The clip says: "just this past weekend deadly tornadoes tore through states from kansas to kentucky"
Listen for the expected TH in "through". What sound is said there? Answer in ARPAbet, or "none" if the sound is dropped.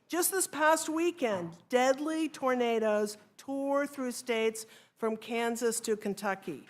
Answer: TH